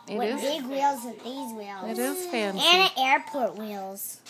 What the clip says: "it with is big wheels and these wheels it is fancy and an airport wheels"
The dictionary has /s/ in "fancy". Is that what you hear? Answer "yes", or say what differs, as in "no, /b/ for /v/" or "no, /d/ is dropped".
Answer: no, /s/ is dropped